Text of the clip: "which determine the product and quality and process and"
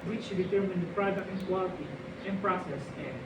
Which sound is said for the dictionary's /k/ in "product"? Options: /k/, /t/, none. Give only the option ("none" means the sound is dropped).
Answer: none